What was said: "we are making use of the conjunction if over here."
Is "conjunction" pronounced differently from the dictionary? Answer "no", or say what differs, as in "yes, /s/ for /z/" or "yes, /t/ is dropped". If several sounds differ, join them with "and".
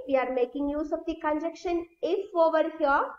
yes, /ŋ/ is dropped